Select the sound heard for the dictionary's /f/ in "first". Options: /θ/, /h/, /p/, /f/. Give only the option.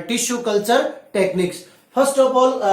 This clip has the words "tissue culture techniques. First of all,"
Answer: /p/